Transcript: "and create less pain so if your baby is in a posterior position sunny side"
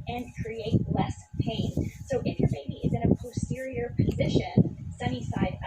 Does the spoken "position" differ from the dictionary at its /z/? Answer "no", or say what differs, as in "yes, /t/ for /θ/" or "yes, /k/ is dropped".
no